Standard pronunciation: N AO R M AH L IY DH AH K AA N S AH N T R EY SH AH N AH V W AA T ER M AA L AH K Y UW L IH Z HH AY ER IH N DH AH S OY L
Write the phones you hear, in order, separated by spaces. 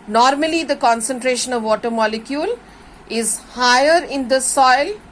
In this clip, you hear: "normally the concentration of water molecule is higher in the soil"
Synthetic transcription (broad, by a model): N AO R M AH L IY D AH K AA N S AH N T R EY SH AH N AH V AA T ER M AA L AH K Y UW L IH Z HH AY ER IH N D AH S OY L